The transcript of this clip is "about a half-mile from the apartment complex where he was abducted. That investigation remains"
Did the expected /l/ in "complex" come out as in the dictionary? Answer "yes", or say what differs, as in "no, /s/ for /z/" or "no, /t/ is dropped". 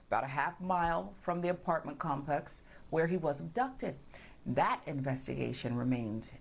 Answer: no, /l/ is dropped